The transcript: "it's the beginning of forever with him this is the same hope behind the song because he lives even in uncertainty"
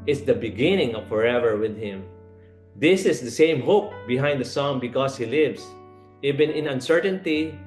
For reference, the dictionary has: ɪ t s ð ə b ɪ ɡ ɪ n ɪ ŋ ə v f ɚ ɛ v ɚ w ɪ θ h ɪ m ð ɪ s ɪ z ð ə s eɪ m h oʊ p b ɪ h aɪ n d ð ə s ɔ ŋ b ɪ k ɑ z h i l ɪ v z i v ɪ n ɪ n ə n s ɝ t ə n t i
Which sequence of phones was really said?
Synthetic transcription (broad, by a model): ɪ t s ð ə b ɪ ɡ ɪ n ɪ ŋ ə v f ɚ ɛ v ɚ w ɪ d h ɪ m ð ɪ s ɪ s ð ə s eɪ m h oʊ p b ɪ h aɪ n d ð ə s ɔ ŋ b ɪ k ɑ s h i l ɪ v s i v ɪ n ɪ n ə n s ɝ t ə n t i